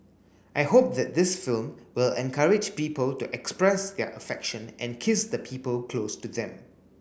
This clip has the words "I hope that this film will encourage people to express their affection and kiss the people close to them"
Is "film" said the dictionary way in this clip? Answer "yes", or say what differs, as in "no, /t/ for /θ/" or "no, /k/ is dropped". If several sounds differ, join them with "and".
yes